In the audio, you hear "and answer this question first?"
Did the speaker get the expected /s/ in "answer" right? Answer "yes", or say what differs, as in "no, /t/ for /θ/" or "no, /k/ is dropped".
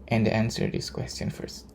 yes